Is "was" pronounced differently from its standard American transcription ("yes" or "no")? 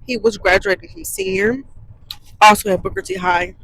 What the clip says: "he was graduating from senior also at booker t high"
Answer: no